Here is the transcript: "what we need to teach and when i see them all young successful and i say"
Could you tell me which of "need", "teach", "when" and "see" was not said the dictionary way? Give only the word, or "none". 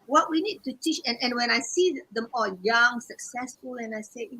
none